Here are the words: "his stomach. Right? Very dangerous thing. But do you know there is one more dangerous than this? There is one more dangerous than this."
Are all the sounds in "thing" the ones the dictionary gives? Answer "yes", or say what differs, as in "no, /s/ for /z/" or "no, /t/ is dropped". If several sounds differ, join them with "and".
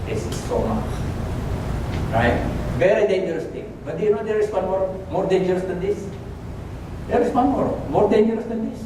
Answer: no, /t/ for /θ/